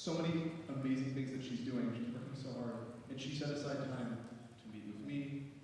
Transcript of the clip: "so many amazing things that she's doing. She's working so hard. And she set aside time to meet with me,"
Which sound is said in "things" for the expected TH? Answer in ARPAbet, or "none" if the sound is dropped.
TH